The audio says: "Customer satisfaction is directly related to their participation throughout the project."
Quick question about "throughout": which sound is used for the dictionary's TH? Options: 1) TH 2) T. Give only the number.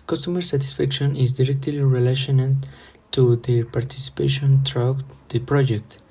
2